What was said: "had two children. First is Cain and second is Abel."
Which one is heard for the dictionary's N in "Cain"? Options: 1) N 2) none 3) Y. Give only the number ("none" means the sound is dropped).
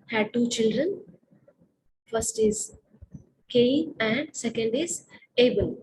2